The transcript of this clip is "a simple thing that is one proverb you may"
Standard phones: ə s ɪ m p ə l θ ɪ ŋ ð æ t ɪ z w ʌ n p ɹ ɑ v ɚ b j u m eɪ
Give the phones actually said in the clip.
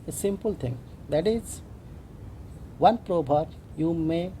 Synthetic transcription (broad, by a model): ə s ɪ m p ə l t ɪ ŋ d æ t ɪ z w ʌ n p ɹ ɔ b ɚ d j u m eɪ